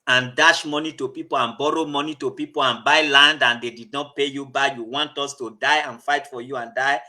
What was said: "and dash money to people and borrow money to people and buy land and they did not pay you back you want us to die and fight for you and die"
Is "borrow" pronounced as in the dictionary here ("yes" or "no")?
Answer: yes